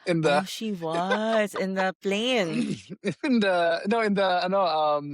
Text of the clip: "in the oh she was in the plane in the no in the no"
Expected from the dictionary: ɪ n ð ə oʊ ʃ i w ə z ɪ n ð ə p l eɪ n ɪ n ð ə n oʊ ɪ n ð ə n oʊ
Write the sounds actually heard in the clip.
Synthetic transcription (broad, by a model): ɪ n ð ə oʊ ʃ i w ə z ɪ n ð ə p l eɪ n ɪ n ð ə n oʊ ɪ n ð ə n oʊ